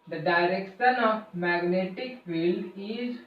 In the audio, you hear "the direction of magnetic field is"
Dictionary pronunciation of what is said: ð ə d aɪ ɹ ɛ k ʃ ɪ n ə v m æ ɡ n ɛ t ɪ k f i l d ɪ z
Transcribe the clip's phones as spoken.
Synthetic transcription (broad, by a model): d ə d aɪ ɹ ɛ k ʃ ɪ n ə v m æ ɡ n ɛ t ɪ k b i l ɪ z